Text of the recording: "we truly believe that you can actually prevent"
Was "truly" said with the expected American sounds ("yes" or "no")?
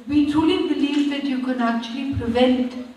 no